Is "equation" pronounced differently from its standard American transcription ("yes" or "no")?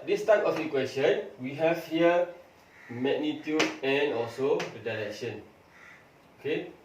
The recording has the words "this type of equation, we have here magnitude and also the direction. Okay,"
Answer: yes